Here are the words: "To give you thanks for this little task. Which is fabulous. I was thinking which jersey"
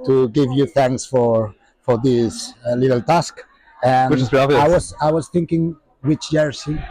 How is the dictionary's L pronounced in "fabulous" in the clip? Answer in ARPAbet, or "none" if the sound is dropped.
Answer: W